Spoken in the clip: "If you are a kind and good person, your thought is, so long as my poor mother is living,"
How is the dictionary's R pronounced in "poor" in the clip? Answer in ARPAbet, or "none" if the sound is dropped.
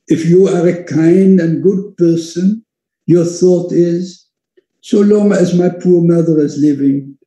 R